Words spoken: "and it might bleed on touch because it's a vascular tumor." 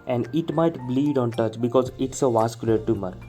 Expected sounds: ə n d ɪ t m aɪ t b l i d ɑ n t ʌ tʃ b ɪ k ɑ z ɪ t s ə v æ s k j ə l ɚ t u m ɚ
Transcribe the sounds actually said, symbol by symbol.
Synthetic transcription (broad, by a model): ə n d ɪ t m aɪ t b l i d ɑ n t ʌ tʃ b ɪ k ɑ z ɪ t s ə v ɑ s k j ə l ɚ t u m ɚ